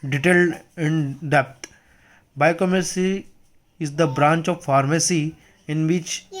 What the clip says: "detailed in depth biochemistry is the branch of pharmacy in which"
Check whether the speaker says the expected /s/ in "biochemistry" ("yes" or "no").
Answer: no